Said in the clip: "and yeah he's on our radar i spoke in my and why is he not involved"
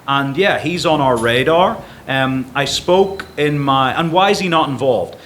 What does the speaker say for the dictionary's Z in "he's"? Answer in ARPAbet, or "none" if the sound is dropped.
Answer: Z